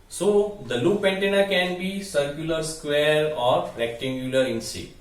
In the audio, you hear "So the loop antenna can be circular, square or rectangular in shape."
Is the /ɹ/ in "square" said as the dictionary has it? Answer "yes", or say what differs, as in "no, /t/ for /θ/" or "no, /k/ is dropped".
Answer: yes